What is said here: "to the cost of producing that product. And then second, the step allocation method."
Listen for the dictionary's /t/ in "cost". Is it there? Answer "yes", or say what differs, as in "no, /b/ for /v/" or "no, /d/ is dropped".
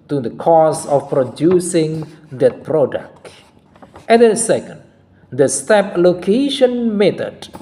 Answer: no, /t/ is dropped